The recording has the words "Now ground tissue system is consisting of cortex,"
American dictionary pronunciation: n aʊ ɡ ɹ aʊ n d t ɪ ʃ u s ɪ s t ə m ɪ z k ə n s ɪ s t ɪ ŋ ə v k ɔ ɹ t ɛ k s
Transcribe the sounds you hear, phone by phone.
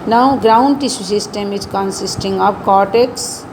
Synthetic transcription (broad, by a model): n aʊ ɡ ɹ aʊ n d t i s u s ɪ s t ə m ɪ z k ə n s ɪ s t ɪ ŋ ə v k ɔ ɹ t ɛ k s